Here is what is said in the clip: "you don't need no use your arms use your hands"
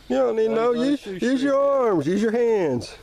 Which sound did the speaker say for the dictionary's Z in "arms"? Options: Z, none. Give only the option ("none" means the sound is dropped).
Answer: Z